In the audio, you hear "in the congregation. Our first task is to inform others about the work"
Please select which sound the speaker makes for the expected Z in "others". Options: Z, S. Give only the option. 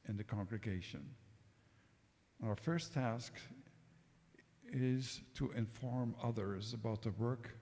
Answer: Z